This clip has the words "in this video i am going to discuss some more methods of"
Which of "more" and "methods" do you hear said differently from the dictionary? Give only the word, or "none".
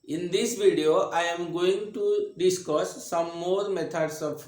methods